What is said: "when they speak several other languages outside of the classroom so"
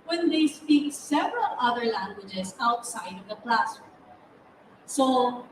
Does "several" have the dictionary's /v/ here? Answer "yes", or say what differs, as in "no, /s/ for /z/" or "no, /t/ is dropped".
yes